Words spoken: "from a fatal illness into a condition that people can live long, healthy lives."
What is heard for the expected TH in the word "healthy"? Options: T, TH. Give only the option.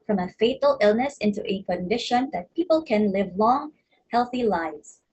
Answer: TH